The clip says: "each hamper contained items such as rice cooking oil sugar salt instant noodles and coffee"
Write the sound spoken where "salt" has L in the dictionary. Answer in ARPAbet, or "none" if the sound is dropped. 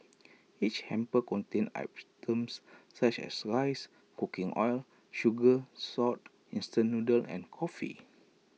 none